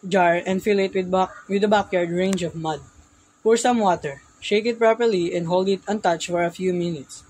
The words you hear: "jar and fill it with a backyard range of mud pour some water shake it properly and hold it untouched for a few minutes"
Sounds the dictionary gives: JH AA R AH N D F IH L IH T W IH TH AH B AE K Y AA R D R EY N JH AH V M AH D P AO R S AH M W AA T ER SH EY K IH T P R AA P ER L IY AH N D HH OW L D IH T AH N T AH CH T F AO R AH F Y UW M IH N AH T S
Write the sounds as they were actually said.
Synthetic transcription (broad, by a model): JH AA R AH N D F IH L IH T W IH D AH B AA K Y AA R D R EY N JH AH V M AH D F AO R S AH M W AA T ER SH EY K IH T P R AA P ER L IY AH N D HH OW L D IH T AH N T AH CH F AO R AH F Y UW M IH N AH T S